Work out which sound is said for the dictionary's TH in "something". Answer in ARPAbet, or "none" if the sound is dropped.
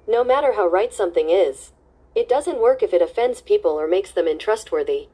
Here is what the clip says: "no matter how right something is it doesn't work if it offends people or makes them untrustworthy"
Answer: TH